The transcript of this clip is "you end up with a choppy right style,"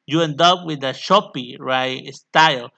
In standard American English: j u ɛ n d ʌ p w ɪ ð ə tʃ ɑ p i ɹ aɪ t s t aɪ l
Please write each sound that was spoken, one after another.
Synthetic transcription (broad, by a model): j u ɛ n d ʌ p w ɪ ð ə ʃ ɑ p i ɹ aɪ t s t aɪ l